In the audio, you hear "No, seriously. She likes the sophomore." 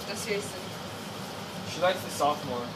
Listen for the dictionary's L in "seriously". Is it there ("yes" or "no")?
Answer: no